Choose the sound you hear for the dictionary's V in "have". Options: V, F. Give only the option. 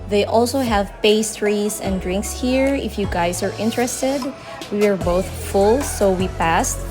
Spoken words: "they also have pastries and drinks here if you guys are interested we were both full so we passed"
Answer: V